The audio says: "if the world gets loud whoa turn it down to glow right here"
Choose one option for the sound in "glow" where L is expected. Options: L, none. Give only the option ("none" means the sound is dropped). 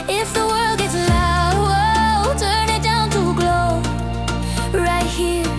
L